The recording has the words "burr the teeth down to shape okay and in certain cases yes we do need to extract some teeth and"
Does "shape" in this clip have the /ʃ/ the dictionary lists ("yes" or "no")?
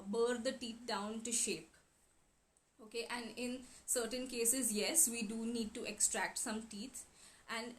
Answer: yes